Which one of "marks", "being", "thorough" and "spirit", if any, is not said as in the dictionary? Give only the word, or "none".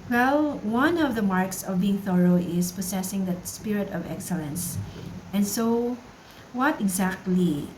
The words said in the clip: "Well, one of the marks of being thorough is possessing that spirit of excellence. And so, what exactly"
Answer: none